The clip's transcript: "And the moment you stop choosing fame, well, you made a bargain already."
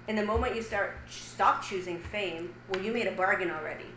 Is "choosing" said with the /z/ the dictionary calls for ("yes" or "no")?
yes